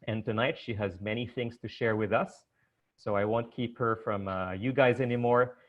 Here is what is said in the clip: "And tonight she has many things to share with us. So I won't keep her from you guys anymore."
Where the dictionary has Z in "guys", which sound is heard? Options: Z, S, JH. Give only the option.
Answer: Z